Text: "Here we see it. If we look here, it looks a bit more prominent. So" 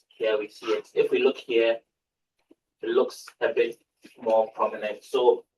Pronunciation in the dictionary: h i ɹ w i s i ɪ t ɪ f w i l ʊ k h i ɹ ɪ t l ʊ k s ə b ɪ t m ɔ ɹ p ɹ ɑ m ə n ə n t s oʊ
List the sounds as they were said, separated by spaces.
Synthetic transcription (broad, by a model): h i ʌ w i s i ɪ t ɪ f w i l ʊ k h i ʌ ɪ t l ʊ k s ə b ɪ t m ɔ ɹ p ɹ ɑ m ə n ə n t s oʊ